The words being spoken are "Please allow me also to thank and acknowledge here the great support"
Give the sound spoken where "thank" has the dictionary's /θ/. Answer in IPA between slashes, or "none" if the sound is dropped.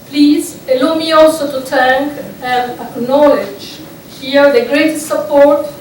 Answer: /t/